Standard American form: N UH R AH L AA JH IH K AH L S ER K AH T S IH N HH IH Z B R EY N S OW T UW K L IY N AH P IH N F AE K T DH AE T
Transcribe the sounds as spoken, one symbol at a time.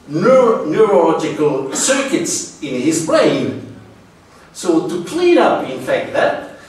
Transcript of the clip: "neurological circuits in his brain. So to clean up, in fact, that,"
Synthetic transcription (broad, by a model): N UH R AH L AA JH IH K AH L S ER K AH T S IH N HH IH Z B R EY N S OW T UW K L IY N AH P IH N F AE K T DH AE T